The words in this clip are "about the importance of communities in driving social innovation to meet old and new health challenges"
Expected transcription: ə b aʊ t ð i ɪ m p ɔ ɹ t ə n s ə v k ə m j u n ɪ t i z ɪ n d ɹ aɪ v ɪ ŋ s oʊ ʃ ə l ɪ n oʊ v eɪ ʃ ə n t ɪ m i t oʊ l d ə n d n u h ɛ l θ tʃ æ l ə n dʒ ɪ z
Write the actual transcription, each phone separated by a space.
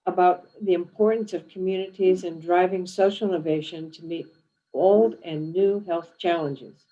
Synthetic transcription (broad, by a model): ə b aʊ t ð i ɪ m p ɔ ɹ t n s ə v k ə m j u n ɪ t i z ɪ n d ɹ aɪ v ɪ ŋ s oʊ ʃ l ɪ n oʊ v eɪ ʃ ə n t ɪ m i t oʊ l d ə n n u h ɛ l θ tʃ æ l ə n dʒ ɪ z